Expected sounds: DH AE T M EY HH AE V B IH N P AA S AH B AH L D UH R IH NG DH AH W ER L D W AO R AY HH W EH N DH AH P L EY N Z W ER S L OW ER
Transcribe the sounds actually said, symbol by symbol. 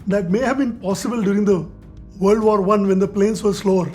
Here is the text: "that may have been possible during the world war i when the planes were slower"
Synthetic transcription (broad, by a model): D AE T M EY HH AE V B IH N P AA S AH B AH L D UH R IH NG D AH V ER L D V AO R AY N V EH N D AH P L EY N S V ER S L OW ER